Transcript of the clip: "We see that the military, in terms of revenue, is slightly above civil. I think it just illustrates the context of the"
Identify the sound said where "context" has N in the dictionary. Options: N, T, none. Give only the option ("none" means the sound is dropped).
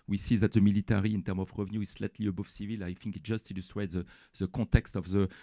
none